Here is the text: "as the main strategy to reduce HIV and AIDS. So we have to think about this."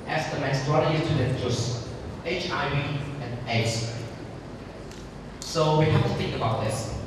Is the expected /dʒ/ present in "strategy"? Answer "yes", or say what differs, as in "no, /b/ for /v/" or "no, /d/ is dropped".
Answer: no, /dʒ/ is dropped